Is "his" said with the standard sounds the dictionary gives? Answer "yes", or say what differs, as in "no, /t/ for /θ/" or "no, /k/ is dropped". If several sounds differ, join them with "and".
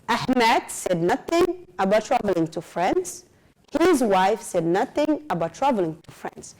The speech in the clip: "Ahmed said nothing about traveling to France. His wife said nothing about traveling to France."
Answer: yes